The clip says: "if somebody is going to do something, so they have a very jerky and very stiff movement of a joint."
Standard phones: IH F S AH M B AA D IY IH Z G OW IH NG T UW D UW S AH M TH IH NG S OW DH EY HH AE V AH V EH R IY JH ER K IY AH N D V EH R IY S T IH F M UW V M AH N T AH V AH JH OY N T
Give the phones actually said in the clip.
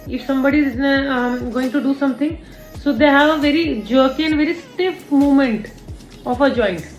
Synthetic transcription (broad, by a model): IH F S AH M B AA D IY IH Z G OW IH NG T UW D UW S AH M T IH NG S OW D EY HH AE V AH V EH R IY JH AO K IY AH N D V EH R IY S T IH F M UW M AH N T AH F AH JH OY N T